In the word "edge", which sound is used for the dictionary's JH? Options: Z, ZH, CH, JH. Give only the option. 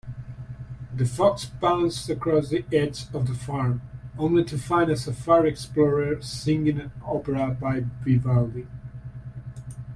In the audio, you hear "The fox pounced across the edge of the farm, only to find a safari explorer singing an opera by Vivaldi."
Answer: Z